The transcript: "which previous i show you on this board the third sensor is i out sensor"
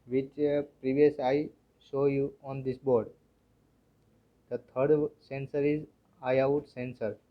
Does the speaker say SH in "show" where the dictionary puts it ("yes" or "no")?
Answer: no